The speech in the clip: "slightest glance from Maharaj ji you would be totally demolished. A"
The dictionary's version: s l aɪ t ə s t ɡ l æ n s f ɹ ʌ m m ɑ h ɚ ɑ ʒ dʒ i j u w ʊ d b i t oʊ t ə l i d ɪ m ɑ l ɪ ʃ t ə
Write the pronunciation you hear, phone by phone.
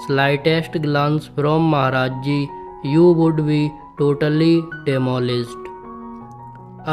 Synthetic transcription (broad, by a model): s l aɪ t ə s t ɡ l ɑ n s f ɹ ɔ m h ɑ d ɑ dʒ dʒ i j u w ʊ d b i t oʊ t ə l i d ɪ m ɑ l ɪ s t